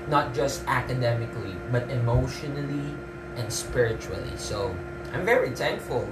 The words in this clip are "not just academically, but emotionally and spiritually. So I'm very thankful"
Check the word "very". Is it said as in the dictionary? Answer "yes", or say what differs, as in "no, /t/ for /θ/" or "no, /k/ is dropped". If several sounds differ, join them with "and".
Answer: yes